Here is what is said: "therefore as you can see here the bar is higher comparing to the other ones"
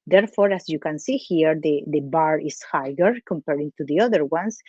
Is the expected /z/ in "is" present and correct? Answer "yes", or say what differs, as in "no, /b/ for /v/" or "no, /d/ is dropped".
no, /s/ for /z/